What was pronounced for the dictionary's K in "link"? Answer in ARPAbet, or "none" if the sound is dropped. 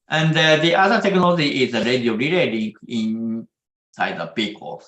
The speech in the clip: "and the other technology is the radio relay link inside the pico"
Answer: none